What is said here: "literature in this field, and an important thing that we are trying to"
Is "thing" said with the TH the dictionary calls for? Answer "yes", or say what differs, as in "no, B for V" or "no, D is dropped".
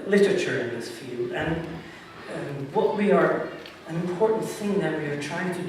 yes